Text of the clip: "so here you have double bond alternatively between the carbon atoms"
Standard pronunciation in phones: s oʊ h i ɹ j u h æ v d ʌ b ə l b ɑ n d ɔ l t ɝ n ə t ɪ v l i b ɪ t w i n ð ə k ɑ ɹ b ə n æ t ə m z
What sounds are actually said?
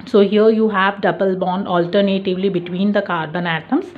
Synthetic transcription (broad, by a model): s oʊ h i ɹ j u h æ v d ʌ b ə l b ɑ n d ɔ l t ɝ n ə t ɪ v l i b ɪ t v i n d ə k ɑ ɹ b ə n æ t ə m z